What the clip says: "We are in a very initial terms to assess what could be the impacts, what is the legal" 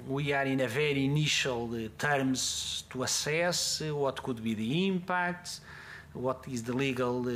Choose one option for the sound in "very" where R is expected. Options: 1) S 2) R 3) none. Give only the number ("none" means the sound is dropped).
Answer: 2